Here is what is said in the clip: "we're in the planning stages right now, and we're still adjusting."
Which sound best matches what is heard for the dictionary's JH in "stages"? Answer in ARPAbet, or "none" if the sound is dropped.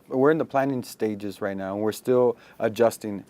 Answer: JH